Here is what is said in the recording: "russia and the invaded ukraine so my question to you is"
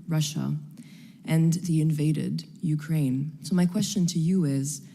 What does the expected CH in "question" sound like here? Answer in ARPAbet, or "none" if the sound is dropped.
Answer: CH